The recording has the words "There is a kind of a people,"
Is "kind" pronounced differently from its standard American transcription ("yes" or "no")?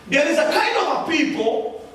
yes